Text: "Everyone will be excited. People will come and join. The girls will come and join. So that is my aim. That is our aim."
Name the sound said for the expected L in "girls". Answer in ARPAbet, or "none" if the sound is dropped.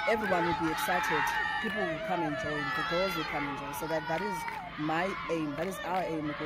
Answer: none